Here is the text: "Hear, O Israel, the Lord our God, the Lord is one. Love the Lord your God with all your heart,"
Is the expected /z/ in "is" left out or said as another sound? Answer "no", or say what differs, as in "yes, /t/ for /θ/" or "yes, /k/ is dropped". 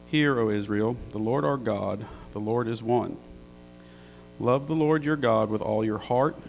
no